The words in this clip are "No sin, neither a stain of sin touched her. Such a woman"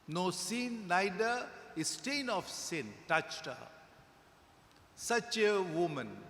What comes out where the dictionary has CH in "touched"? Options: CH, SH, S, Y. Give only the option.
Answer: CH